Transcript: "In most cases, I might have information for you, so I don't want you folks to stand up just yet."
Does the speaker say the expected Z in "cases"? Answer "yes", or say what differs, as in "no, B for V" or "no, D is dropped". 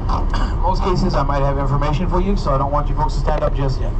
yes